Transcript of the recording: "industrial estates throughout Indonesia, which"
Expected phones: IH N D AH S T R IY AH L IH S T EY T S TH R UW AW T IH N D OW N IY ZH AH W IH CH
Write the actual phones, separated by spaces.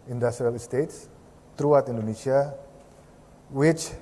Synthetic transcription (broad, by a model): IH N D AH S T R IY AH L S T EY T S T R UW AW T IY N D OW N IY S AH W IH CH